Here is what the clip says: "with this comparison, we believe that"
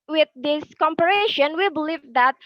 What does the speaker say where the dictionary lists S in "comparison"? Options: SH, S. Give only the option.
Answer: SH